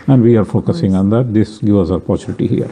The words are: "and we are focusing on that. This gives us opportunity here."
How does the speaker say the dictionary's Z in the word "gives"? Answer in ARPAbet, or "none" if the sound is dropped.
none